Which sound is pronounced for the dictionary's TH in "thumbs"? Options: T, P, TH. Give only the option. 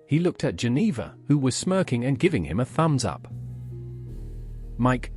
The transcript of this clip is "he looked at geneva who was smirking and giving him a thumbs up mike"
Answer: TH